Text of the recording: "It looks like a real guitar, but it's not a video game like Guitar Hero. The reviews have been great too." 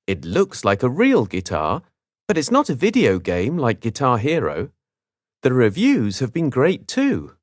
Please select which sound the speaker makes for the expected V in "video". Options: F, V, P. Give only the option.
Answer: V